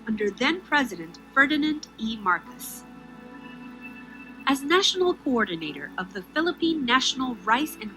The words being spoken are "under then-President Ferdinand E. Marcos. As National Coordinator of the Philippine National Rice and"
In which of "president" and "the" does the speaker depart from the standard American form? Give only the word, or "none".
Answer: none